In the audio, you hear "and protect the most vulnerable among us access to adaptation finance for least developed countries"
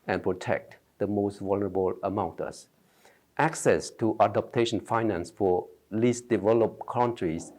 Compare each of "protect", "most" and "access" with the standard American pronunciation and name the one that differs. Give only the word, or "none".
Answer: none